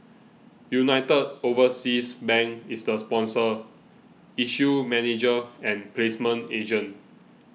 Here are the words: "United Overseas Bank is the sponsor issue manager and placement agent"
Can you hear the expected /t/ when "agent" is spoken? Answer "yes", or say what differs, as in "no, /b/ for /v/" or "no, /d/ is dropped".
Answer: no, /t/ is dropped